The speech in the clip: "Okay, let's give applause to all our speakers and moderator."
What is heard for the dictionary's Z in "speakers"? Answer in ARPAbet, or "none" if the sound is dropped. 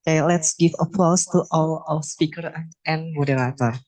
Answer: none